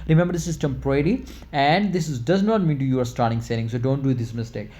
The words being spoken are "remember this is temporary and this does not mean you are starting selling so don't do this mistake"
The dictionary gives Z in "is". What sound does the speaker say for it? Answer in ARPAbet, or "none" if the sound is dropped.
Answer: S